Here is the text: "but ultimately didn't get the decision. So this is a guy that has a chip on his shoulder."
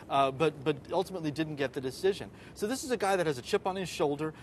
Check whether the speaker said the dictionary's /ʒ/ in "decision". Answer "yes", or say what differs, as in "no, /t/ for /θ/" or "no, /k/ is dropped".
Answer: yes